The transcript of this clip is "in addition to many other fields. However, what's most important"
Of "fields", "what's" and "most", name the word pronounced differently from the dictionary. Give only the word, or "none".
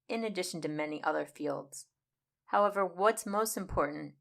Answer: none